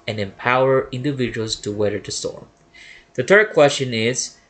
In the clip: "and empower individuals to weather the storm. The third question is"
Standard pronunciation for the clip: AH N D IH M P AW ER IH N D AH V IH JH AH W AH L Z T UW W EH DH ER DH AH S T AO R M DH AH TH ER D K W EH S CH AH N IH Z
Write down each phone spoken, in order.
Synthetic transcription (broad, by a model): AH N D IH M P AW ER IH N D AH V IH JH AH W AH L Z T UW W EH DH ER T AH S T AO R M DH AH T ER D K W EH S CH AH N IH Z